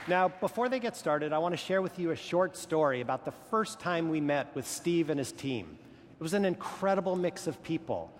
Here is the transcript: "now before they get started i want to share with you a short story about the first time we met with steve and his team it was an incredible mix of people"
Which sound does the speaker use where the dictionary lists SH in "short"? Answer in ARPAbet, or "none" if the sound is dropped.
SH